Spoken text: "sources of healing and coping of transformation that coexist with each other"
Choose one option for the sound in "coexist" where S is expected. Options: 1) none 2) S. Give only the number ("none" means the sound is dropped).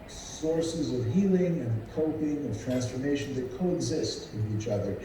2